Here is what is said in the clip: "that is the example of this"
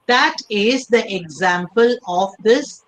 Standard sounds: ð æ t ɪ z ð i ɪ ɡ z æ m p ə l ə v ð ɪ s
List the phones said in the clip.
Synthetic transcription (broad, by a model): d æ t ɪ z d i ɪ ɡ z æ m p ə l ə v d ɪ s